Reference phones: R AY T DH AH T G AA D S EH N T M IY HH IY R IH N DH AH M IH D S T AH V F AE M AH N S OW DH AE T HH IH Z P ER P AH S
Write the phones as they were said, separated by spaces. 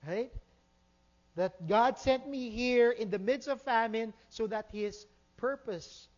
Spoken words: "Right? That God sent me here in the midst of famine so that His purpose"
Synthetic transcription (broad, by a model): R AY T DH AH T G AA D S EH N T M IY HH IY R IH N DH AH M IH D S T AH V F AE M AH N S OW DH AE T HH IH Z P ER P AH S